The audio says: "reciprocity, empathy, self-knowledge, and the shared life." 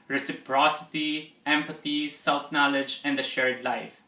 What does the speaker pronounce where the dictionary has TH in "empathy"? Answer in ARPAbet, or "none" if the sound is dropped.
T